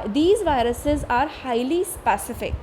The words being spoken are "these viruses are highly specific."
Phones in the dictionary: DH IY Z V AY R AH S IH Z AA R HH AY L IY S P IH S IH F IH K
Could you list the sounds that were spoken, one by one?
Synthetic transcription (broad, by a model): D IY Z V AY R AH S IH Z AA R HH AY L IY S P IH S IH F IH K